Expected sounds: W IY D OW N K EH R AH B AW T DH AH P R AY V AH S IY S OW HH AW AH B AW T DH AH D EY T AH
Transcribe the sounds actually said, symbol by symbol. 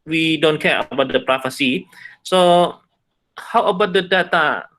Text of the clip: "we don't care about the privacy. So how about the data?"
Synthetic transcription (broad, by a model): W IY D OW N K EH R AH B AW T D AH P R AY F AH S IY S OW HH AW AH B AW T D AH D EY T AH